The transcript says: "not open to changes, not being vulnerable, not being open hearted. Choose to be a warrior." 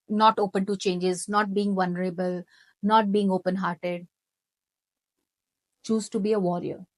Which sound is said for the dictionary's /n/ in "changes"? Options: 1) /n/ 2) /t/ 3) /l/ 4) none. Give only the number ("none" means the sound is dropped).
1